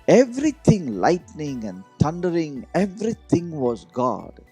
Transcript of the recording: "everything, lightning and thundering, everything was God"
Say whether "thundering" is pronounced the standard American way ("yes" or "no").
no